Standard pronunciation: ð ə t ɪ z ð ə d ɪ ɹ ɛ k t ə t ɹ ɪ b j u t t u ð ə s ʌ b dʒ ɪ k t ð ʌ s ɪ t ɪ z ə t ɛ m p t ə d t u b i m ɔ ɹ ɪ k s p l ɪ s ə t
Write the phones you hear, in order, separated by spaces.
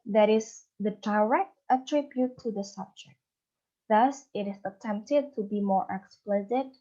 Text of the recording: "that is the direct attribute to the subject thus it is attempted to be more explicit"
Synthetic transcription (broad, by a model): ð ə t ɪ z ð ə d ɪ ɹ ɛ k t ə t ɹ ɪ b j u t t u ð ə s ʌ b dʒ ɪ k t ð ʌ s ɪ t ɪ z ə t ɛ m p t ə d t u b i m ɔ ɹ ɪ k s p l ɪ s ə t